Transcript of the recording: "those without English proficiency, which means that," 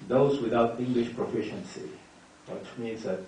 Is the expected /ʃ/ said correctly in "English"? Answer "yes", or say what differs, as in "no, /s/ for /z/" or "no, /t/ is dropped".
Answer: yes